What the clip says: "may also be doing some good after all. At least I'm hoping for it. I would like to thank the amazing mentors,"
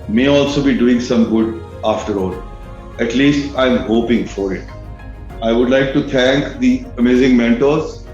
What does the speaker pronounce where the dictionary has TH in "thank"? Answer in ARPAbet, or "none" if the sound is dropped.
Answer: T